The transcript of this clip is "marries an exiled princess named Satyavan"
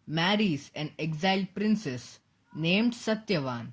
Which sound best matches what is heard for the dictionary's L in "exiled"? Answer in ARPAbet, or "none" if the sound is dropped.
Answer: L